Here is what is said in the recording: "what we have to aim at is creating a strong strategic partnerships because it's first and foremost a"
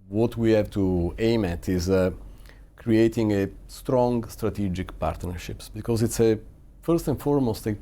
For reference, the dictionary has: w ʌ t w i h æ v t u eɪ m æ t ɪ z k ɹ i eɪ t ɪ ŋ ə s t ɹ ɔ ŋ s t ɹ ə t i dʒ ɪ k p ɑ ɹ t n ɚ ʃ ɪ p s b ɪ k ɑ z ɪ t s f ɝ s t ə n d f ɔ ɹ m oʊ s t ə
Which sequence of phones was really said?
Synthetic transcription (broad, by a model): w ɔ t w i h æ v t u eɪ m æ t ɪ z k ɹ i eɪ t ɪ ŋ ə s t ɹ ɔ ŋ s t ɹ ə t i dʒ ɪ k p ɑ ɹ t n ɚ ʃ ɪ p s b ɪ k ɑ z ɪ t s f ɝ s t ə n f ɔ ɹ m oʊ s t